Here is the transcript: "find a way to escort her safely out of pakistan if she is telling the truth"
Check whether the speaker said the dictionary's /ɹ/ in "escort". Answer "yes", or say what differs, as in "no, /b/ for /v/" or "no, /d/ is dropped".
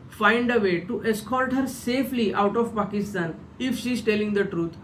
no, /l/ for /ɹ/